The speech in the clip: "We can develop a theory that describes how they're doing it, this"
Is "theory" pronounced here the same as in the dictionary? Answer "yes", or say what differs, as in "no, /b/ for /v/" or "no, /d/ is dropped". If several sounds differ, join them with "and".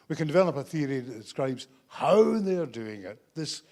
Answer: yes